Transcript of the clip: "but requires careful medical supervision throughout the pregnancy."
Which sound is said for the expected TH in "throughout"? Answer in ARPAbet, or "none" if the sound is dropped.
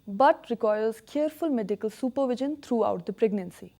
T